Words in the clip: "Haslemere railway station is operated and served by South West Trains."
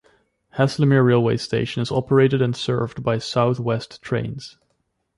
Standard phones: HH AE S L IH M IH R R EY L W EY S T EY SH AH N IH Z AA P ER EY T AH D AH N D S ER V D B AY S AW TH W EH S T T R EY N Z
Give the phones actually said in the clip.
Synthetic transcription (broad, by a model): HH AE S L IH M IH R R EY L W EY S T EY SH AH N IH Z AA P ER EY T AH D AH N S ER V D B AY S AW TH W EH S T T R EY N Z